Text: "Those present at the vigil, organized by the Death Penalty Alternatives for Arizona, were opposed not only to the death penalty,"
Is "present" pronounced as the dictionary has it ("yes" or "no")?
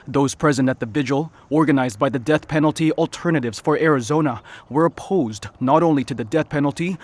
yes